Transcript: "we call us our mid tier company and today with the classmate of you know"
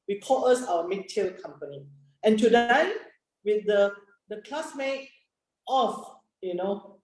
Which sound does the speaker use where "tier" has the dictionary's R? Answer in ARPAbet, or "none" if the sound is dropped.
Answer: L